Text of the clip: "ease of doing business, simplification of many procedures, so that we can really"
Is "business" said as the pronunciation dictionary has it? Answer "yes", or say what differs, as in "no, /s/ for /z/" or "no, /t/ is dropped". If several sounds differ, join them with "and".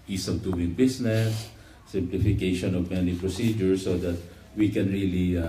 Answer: no, /s/ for /z/